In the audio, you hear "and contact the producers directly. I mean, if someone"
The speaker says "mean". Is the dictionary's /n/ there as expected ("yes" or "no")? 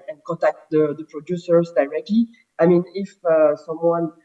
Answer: yes